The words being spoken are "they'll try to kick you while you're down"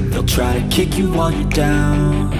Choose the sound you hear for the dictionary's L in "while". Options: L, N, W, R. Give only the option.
N